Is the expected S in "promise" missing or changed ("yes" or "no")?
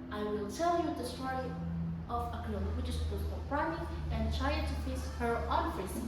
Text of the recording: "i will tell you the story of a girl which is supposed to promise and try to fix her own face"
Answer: yes